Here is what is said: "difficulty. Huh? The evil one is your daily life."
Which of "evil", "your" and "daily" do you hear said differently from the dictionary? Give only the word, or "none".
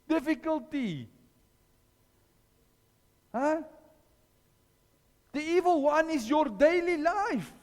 none